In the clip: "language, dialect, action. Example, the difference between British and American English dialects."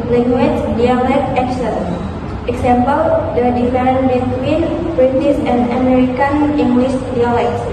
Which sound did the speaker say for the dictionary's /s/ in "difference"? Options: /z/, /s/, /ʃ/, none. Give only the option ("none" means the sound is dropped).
none